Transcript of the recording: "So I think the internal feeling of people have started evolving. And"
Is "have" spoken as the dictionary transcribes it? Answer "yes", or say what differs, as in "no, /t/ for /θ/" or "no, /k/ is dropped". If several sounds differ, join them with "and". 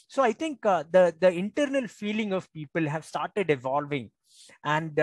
yes